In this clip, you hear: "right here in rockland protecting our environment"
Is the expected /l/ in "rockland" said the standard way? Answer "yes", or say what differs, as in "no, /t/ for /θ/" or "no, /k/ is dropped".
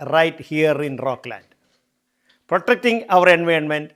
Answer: yes